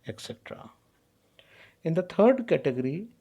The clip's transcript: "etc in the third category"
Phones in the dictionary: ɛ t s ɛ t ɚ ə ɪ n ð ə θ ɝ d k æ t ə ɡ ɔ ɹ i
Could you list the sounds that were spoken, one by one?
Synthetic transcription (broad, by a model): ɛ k s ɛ t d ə ɪ n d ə t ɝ d k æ t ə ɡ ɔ ɹ i